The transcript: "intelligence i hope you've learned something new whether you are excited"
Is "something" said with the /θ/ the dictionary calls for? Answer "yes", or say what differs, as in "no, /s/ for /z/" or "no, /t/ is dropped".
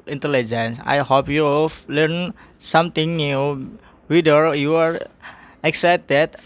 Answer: no, /t/ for /θ/